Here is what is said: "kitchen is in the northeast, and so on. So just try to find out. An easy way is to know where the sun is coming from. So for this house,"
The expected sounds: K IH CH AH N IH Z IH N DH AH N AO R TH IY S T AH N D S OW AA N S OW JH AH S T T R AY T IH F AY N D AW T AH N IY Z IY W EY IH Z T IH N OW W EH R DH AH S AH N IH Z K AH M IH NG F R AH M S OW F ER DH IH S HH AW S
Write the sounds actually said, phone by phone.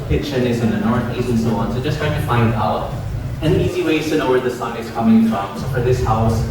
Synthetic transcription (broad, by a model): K IH CH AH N IH Z IH N DH AH N AO R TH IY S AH N S OW AA N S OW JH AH S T T R AY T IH F AY N D AW T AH N IY Z IY W EY IH Z T IH N OW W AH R DH AH S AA IH Z K AH M IH NG F R AH M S F ER DH IH S HH AW S